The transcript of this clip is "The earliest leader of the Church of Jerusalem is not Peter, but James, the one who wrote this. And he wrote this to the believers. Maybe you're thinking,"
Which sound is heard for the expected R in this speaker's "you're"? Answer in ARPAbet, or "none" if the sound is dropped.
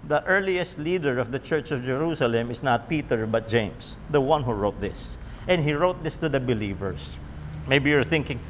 R